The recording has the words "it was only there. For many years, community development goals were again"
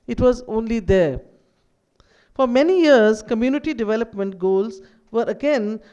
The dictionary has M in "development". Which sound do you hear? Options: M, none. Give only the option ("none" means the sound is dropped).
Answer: M